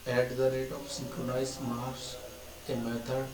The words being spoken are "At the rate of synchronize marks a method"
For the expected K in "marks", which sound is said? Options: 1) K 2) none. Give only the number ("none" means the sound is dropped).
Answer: 2